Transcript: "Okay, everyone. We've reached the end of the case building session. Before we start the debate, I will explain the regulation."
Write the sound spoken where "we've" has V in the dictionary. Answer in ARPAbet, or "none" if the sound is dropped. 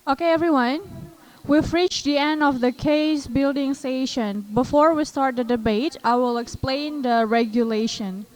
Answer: F